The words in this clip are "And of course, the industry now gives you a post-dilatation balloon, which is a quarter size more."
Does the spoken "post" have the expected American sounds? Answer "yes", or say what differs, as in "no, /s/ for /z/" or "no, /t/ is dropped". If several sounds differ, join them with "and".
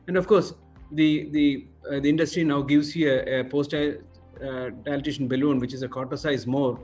yes